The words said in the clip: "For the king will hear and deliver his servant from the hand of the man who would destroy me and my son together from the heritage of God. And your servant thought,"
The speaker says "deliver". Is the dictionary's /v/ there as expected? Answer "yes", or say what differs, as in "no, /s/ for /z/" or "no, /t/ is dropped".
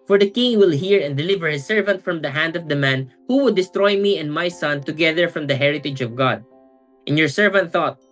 yes